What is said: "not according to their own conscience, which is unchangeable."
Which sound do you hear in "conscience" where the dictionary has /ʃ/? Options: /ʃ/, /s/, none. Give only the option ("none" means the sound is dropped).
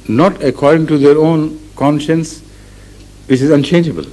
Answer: /ʃ/